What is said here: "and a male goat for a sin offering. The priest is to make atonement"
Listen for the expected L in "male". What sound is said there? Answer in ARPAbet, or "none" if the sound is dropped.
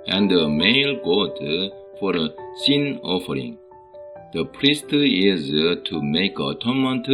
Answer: L